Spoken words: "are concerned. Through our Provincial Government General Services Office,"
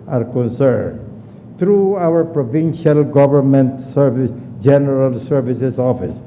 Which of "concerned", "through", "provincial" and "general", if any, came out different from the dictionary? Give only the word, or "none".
through